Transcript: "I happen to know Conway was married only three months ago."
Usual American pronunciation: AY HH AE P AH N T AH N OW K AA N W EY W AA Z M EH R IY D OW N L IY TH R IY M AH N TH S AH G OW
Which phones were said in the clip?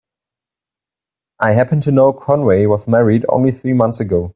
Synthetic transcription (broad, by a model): AY HH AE P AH N T AH N OW K AA N W EY W AA Z M EH R IY D OW N L IY TH R IY M AH N TH S AH G OW